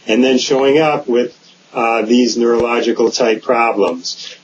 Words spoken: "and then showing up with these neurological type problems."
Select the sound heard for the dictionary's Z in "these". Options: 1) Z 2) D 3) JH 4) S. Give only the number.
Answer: 1